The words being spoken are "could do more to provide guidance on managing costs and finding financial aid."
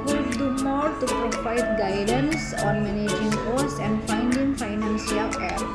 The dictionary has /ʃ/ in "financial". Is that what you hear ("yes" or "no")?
no